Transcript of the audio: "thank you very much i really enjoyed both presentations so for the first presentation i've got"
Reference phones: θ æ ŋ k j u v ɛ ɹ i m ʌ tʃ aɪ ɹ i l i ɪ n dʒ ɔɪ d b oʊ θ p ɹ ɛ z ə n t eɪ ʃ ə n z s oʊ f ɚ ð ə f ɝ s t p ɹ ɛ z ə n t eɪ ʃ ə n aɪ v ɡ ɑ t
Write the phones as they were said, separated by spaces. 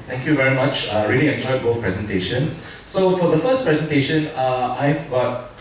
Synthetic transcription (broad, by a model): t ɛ ŋ k j u v ɛ ɹ i m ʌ tʃ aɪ ɹ i l i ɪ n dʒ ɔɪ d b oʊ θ p ɹ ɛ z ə n t eɪ ʃ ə n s s oʊ f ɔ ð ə f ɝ s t p ɹ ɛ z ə n t eɪ ʃ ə n aɪ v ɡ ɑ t